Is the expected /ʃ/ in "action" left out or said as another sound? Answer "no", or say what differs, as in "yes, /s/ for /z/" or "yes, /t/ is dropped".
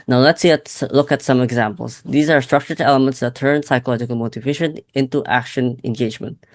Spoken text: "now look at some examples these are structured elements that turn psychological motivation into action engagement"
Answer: no